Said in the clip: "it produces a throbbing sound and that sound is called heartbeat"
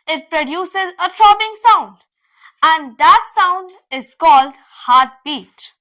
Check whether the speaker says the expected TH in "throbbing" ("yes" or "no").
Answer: no